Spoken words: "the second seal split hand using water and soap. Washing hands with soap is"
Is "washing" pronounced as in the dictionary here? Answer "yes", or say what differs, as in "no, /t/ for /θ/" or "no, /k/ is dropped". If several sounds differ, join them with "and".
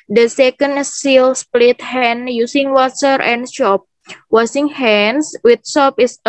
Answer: no, /s/ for /ʃ/